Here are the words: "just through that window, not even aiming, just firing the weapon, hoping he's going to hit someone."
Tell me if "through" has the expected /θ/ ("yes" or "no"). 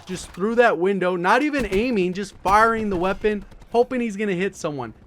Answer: yes